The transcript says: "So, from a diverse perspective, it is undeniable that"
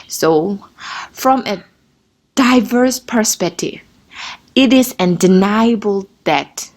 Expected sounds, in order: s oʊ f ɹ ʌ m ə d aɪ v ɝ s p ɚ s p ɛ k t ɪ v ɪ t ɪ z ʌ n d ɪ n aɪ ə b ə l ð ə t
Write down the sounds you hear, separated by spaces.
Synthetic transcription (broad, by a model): s oʊ f ɹ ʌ m ə d aɪ v ɝ s p ɚ s p ɛ k t ɪ v ɪ t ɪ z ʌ n d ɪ n aɪ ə b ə l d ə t